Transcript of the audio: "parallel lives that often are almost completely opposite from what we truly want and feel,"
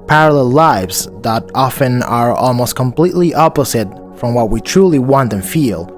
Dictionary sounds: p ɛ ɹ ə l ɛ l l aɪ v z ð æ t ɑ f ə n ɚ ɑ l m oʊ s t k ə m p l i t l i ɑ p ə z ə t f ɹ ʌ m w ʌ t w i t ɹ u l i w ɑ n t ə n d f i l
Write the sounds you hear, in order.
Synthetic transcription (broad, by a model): p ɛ ɹ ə l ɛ l l aɪ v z ð æ t ɑ f ə n ɚ ɑ l m oʊ s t k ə m p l i t l i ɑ p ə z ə t f ɹ ʌ m w ʌ t w i t ɹ u l i w ɑ n t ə n f i l